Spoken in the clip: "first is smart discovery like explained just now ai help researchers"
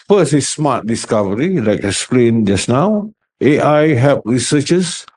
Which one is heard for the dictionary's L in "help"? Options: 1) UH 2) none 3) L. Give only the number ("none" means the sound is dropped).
2